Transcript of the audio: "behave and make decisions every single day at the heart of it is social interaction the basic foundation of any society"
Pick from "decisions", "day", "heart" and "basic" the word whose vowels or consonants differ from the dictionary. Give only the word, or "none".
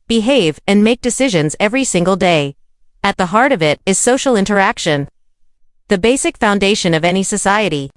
none